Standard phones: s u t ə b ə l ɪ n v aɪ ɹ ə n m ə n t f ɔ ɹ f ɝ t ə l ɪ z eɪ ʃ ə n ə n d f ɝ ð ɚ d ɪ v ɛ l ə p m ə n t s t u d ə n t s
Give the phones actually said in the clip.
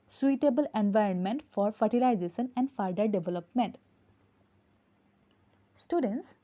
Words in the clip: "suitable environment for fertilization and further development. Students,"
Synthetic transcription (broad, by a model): s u t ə b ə l ɪ n v aɪ ɹ ə n m ə n t f ɔ ɹ f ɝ t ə l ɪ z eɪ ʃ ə n ə n d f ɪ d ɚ d ɪ v ɛ l ə p m ə n t s t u d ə n t s